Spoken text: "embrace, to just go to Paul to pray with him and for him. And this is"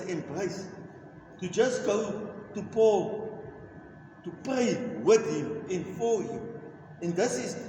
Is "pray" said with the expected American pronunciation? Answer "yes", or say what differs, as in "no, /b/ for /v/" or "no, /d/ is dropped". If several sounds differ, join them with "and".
yes